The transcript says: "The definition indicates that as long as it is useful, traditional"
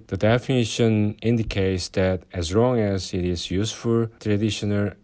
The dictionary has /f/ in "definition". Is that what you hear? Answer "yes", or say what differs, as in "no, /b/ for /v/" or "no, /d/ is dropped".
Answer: yes